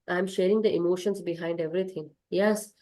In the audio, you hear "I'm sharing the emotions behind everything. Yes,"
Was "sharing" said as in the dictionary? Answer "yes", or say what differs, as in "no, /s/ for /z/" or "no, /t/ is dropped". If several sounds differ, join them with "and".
yes